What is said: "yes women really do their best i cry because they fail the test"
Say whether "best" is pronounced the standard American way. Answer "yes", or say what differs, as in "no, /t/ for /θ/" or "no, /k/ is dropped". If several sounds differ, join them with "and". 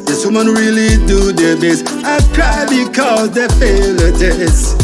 no, /t/ is dropped